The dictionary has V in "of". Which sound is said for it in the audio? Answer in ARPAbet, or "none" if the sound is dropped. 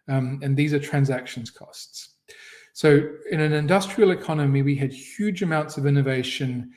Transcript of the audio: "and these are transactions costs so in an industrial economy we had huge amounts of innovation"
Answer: V